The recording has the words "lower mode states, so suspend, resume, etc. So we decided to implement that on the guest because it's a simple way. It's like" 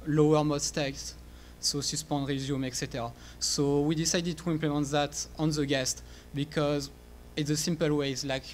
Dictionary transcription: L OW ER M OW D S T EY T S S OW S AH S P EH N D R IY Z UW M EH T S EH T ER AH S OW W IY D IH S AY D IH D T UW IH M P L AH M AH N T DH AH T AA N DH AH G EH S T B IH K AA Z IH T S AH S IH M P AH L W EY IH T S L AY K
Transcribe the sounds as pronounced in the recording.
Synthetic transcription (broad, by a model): L OW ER M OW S T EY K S S OW S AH S P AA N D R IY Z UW M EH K S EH T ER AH S OW W IY D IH S AY D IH D T UW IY M P L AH M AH N T DH AH T AA N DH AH G EH S T B IH K AA Z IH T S AH S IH M P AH L W EY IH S L AY K